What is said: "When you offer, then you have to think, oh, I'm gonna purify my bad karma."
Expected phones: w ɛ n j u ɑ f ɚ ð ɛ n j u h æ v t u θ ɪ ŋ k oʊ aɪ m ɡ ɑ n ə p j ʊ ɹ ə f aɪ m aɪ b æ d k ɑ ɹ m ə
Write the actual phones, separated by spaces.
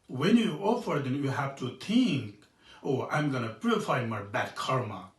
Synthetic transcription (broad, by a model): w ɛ n j u ɑ f ɚ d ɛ n j u h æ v t u t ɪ ŋ k oʊ aɪ m ɡ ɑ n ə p j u ɹ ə f aɪ m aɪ b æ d k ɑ ɹ m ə